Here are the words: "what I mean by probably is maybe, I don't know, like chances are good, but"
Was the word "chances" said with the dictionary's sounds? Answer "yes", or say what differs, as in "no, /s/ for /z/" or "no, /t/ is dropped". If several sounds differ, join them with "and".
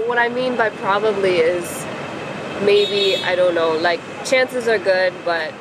yes